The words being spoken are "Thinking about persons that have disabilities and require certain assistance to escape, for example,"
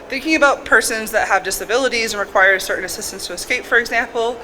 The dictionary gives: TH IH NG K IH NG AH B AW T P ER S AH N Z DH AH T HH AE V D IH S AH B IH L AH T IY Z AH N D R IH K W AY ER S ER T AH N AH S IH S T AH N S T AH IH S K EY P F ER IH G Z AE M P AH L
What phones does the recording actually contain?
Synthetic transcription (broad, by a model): TH IH NG K IH NG AH B AW T P ER S AH N Z DH AH T HH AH V D IH S AH B IH L AH T IY Z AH N R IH K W AY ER S ER T N AH S IH S T AH N S T AH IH S K EY P F ER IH G Z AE M P L